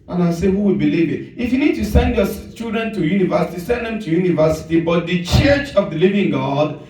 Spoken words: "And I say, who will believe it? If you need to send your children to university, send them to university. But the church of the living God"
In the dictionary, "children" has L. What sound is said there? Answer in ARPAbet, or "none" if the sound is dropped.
none